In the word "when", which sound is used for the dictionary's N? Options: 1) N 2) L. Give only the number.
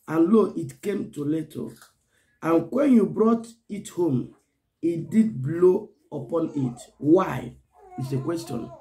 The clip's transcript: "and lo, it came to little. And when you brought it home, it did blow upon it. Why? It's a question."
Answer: 1